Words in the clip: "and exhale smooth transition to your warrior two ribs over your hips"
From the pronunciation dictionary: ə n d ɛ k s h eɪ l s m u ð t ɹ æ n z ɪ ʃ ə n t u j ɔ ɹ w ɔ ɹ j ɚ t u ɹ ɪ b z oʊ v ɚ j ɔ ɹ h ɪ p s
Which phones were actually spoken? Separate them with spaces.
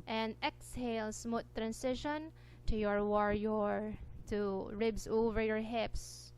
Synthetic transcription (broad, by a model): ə n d ɛ k s h eɪ l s m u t ɹ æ n s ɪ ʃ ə n t u j ɔ ɹ w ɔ ɹ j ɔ t u ɹ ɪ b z oʊ v ɚ j ɔ ɹ h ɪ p s